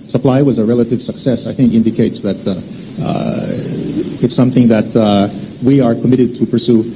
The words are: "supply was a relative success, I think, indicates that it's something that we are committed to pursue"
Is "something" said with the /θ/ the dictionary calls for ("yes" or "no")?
yes